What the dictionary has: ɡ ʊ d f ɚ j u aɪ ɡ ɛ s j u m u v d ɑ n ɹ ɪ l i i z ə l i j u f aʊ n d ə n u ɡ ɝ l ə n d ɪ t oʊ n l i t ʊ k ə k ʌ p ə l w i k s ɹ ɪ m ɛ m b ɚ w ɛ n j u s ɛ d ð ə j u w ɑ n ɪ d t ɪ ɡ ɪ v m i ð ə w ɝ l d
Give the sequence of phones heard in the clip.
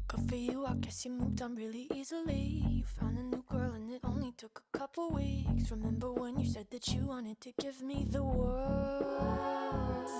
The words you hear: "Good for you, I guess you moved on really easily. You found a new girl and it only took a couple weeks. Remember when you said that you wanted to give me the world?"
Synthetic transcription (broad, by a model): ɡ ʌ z f ɚ j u aɪ ɡ ɛ s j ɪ m u v d ɑ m ɹ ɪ l i i z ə l i j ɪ f aʊ n d ə n u ɡ ɝ l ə n ɪ t oʊ n l i t ʊ k ə k ʌ p l w i k s ɹ ɪ m ɛ m b ɚ w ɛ n j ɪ s ɛ d ð ə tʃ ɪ w ɑ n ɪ d t ɪ ɡ ɪ v m i ð ə w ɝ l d